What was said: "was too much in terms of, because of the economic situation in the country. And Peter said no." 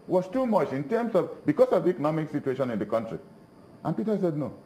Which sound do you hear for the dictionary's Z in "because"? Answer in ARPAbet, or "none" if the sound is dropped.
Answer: S